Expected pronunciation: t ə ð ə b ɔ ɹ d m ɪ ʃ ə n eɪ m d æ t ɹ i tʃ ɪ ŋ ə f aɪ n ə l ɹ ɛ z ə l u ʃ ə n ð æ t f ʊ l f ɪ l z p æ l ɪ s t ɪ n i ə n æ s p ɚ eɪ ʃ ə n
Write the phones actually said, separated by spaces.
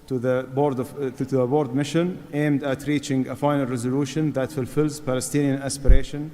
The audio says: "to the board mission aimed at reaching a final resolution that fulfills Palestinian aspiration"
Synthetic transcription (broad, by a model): t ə ð ə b ɔ ɹ d m ɪ ʃ ə n eɪ m d æ t ɹ i tʃ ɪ ŋ ə f aɪ n ə l ɹ ɛ z ə l u ʃ ə n ð æ t f ʊ l f ɪ l z p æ l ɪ s t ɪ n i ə n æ s p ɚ eɪ ʃ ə n